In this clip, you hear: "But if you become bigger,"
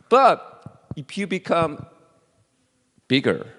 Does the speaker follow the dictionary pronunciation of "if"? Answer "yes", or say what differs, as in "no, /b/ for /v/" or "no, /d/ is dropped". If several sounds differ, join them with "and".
no, /p/ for /f/